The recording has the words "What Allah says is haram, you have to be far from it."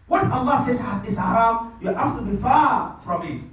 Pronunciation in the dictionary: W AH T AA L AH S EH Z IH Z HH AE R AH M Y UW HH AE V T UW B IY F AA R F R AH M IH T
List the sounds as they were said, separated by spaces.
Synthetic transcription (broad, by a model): W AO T AA L AH S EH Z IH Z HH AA R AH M Y UW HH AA F T UW B IY F AA F R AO M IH T